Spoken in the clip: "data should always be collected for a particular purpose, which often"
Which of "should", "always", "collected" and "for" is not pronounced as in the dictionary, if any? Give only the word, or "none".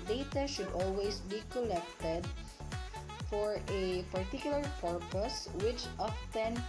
always